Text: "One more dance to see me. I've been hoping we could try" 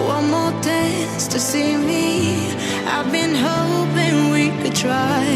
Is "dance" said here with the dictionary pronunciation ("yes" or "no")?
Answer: no